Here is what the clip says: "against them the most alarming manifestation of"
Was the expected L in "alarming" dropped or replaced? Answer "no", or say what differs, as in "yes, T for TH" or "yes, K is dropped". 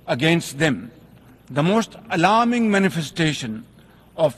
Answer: no